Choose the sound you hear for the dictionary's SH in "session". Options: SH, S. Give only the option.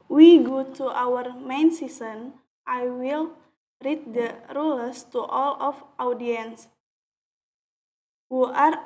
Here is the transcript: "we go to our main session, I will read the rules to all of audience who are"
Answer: S